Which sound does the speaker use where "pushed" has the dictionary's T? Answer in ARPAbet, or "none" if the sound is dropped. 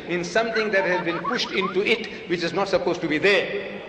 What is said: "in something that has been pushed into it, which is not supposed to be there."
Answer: T